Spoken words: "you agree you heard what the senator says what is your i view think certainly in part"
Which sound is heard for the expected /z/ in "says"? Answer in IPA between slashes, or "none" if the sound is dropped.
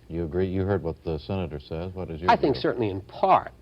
/z/